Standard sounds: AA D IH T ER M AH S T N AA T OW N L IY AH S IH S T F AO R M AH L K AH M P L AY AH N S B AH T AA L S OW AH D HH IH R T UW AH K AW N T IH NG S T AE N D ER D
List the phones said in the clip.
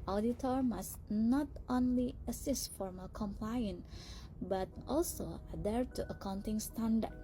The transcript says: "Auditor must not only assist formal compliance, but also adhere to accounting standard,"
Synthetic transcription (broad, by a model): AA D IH T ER M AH S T N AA T OW N L IY AH S IH S T F AO R M AH L K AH M P L AY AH N B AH T AA L S OW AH D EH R T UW AH K AW N T IH NG S T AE N D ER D